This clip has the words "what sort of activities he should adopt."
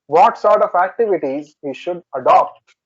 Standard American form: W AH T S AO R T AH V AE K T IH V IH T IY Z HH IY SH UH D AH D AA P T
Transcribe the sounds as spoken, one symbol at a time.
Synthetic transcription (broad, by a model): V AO T S AO R T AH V AE K T IH V IH T IY Z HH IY SH UH D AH D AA P T